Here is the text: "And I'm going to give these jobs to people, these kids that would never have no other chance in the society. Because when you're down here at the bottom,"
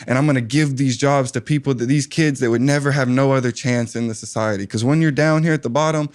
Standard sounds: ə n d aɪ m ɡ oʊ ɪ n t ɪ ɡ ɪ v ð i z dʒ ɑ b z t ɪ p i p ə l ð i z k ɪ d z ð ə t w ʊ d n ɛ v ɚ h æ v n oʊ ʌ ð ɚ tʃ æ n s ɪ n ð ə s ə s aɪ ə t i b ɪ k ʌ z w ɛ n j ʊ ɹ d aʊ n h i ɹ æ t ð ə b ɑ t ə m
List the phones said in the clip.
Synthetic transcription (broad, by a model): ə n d aɪ m ɡ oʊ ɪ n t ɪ ɡ ɪ v ð i z dʒ ɑ b z t ɪ p i p l ð i z k ɪ d z ð ə t w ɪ d n ɛ v ɚ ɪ v n oʊ ʌ ð ɚ tʃ æ n s ɪ n ð ə s ə s aɪ ə t i k ʌ z w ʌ n j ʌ ɹ d aʊ n h i ɹ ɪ t ð ə b ɑ t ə m